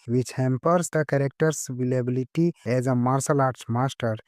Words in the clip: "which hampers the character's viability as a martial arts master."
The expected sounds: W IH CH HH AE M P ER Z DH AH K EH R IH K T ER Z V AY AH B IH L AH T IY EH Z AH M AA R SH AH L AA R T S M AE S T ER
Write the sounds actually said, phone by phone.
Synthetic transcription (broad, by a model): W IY CH HH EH M P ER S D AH K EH R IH K T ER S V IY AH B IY L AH T IY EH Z AH M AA R S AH L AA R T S M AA S T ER